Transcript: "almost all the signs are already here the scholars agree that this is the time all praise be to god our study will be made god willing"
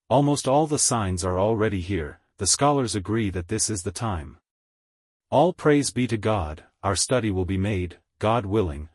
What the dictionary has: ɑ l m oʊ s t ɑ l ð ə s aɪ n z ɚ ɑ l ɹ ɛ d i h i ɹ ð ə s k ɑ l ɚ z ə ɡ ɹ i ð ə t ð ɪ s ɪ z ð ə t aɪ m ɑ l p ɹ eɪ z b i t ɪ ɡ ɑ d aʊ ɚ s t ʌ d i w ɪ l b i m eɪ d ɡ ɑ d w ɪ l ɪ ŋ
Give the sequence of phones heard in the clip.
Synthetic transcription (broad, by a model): ɑ l m oʊ s t ɑ l ð ə s aɪ n z ɚ ɑ l ɹ ɛ d i h i ɹ ð ə s k ɑ l ɚ z ə ɡ ɹ i ð ə t ð ɪ s ɪ z ð ə t aɪ m ɑ l p ɹ eɪ z b i t ɪ ɡ ɑ d aʊ ɚ s t ʌ d i w ɪ l b i m eɪ d ɡ ɑ d w ɪ l ɪ ŋ